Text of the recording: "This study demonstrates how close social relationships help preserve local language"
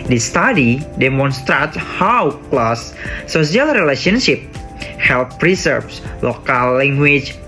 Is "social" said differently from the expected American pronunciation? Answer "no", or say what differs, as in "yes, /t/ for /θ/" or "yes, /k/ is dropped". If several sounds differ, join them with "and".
yes, /ʃ/ is dropped